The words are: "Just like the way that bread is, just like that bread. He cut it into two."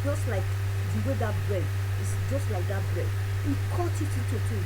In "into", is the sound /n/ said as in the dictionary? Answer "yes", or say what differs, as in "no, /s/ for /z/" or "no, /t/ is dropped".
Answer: no, /n/ is dropped